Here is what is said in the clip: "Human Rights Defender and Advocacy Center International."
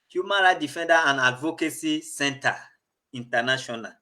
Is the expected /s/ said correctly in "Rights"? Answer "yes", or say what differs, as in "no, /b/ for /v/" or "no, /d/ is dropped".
no, /s/ is dropped